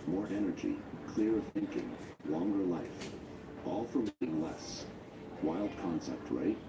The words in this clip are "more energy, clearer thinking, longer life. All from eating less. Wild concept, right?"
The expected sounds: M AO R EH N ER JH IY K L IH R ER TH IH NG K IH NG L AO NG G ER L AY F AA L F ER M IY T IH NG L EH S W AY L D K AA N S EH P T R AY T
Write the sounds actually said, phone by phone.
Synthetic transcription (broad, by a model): M AO R EH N ER JH IY K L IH R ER TH IH NG K IH NG L AO NG G ER L AY F AA L F ER M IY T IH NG L EH S W AY L D K AA N S EH P T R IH T